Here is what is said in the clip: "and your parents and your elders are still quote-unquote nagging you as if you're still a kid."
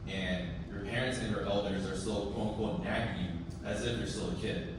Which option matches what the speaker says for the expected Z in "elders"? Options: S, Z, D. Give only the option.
Z